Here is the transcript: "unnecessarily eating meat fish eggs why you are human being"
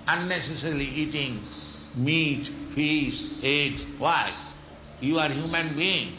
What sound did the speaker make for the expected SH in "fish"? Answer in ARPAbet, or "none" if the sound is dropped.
S